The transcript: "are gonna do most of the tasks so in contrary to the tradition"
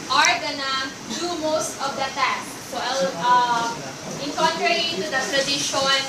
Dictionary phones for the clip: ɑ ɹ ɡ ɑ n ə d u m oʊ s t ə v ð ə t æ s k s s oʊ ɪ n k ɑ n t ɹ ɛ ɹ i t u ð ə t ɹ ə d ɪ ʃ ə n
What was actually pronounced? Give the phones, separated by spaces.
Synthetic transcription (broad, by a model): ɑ ɹ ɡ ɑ n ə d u m oʊ s t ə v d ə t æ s s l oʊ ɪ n k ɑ n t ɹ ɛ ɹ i t u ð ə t ɹ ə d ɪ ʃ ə n